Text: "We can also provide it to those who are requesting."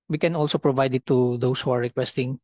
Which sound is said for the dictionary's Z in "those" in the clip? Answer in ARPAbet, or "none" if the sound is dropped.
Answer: S